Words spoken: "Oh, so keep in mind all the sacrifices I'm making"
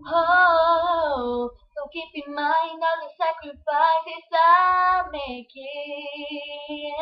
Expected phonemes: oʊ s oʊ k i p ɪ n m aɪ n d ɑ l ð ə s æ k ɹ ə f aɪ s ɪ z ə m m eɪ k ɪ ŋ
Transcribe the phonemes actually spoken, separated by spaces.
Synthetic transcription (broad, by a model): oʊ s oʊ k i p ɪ m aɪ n ɑ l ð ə s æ k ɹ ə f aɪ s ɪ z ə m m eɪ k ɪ